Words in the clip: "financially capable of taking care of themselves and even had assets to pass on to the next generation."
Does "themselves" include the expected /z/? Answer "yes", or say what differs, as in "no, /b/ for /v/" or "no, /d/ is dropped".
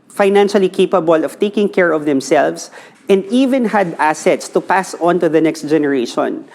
no, /s/ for /z/